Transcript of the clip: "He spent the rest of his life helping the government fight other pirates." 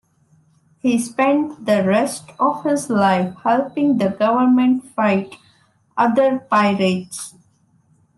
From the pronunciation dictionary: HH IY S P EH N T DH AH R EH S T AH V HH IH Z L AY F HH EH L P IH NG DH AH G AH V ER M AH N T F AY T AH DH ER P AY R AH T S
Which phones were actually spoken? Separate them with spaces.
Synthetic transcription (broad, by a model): HH IY S P EH N T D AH R EH S T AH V HH IH Z L AY F HH EH L P IH NG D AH G AH V ER M AH N T F AY T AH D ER P AY R AH T S